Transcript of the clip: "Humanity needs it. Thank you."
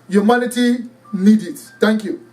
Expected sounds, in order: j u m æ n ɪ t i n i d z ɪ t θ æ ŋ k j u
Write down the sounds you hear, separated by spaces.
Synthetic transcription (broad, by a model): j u m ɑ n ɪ t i n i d ɪ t t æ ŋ k j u